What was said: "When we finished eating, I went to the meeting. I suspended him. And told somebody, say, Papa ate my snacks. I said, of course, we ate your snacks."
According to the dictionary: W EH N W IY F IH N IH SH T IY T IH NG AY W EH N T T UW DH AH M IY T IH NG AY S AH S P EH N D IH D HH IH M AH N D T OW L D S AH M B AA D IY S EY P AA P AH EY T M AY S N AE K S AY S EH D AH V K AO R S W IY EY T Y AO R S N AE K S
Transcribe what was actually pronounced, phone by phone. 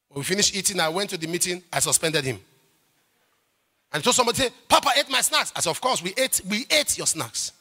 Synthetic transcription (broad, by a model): W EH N W IY F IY N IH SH T IY T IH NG AY W EH N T T UW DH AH M IY T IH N AY S AH S P EH N D IH D HH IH M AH N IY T OW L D S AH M B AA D IY S EY P AA P AH EY T M AY S N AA K S AY S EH AH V K AO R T W IY EY T Y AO S N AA K S